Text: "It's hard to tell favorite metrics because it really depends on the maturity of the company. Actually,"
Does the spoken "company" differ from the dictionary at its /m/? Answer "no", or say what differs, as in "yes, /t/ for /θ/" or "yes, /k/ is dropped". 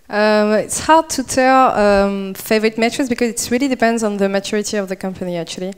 no